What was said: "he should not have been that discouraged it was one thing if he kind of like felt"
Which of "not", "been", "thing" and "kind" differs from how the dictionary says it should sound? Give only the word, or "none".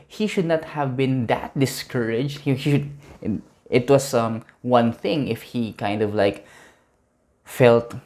none